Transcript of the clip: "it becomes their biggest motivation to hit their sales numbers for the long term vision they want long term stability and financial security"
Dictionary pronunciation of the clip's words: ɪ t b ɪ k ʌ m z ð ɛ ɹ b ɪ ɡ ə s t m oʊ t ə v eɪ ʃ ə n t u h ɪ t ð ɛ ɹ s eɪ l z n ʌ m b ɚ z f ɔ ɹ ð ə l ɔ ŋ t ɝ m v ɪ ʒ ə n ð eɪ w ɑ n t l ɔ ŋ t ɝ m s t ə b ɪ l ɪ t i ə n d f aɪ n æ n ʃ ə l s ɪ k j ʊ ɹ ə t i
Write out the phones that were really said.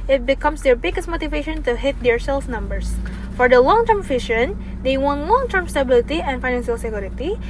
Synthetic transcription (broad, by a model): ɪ t b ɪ k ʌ m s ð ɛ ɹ b ɪ ɡ ə s t m oʊ t ə v eɪ ʃ ə n t u h ɪ t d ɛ ɹ s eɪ l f n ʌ m b ɚ s f ɔ ɹ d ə l ɔ ŋ t ɝ m f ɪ ʃ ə n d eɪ w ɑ n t l ɔ ŋ t ɝ m s t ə b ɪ l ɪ t i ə n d f aɪ n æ n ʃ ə l s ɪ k j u ɹ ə t i